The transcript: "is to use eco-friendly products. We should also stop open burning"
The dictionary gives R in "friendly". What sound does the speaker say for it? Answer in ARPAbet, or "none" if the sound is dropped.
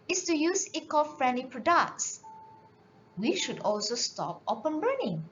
R